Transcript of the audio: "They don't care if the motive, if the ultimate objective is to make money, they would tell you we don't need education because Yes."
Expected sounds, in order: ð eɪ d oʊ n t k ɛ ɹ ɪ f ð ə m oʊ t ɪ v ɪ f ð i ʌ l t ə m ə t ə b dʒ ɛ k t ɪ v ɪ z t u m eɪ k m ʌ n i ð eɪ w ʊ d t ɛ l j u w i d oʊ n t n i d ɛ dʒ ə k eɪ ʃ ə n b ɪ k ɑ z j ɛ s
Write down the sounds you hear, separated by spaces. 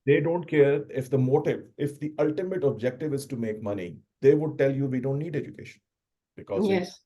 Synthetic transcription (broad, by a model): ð eɪ d oʊ n t k ɛ ɹ ɪ f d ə m oʊ t ɪ v ɪ f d i ʌ l t ə m ə t ə b dʒ ɛ k t ɪ v ɪ z t u m eɪ k m ʌ n i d eɪ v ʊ d t ɛ l j u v i d oʊ n t n i d ɛ dʒ ə k eɪ ʃ ə n b ɪ k ɑ z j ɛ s